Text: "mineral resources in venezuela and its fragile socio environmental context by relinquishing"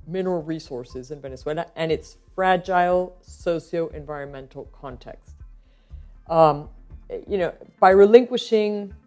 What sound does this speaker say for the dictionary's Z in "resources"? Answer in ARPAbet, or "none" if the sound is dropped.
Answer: Z